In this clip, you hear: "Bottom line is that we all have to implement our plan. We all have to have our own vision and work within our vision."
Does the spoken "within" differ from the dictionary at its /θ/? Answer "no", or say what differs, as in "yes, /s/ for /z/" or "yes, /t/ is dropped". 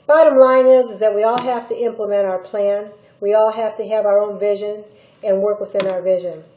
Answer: no